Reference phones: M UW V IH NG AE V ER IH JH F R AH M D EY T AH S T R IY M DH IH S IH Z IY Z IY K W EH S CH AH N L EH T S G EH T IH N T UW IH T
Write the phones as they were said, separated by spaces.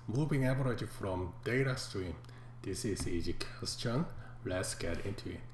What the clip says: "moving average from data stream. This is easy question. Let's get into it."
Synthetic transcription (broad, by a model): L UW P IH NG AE B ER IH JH F R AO M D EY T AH S T R IY M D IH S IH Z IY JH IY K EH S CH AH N L EH T S G EH T IH N T UW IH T